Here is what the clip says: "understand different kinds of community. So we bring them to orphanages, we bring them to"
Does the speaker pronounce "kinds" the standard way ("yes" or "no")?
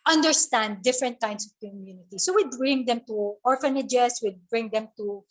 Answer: no